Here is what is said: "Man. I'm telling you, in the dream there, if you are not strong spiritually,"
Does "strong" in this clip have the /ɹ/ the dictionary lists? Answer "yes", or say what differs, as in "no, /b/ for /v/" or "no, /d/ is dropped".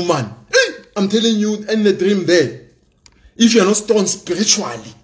no, /ɹ/ is dropped